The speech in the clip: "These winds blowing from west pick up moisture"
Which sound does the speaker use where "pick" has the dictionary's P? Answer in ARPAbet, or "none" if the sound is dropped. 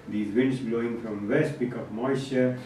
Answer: B